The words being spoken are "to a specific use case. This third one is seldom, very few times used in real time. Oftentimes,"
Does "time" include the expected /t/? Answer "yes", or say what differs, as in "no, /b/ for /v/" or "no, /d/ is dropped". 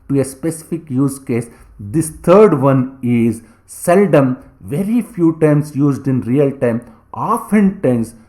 yes